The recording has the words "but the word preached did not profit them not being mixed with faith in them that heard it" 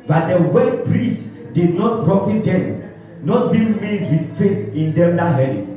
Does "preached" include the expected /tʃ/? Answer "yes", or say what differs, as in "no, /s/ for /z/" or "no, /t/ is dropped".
no, /s/ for /tʃ/